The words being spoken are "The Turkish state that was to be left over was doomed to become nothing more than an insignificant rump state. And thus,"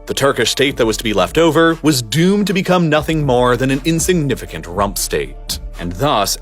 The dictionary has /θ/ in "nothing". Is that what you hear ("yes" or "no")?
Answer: yes